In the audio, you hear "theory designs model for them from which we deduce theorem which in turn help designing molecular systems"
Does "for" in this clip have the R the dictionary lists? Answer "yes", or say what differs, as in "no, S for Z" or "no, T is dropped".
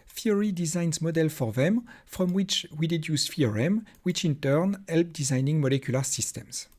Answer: yes